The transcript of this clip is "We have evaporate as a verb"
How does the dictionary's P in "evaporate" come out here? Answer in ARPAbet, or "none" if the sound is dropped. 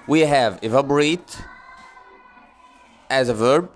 B